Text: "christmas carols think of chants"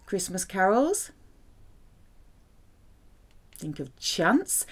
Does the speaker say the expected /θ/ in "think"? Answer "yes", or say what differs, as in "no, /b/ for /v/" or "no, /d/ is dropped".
yes